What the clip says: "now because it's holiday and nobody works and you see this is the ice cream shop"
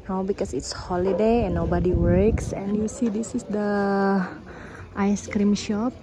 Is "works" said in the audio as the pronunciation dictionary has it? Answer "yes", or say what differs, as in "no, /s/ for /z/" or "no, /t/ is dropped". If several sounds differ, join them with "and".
yes